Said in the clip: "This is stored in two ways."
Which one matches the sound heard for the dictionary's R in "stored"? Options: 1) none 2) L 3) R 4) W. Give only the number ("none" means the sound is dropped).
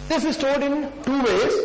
2